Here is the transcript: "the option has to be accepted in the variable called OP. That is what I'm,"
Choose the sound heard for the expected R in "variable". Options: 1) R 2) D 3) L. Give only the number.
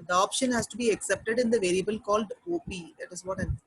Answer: 1